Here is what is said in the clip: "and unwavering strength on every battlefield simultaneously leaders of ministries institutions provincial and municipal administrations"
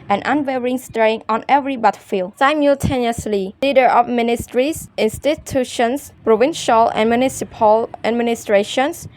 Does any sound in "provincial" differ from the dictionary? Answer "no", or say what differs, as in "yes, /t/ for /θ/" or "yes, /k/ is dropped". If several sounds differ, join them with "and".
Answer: no